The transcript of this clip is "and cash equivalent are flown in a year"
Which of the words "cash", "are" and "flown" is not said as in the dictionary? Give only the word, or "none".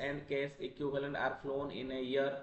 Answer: cash